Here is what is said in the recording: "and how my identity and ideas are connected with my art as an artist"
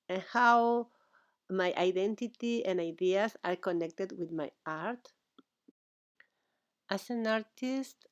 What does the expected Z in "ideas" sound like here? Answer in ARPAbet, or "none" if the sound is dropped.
S